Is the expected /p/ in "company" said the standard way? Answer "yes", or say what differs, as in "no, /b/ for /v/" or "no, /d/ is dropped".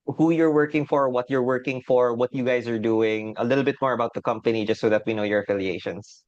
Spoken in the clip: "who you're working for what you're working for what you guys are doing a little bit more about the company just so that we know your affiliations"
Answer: yes